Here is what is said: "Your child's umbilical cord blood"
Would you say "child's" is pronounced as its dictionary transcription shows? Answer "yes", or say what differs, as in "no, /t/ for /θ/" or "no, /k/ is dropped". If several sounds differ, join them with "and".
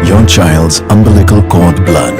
yes